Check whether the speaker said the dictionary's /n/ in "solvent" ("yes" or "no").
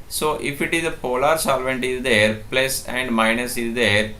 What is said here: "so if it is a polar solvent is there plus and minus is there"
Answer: yes